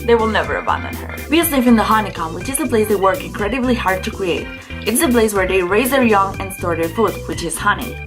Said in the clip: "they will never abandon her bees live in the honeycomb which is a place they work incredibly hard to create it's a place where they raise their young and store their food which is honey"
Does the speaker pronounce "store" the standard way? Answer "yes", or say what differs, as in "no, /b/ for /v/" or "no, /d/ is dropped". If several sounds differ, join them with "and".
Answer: yes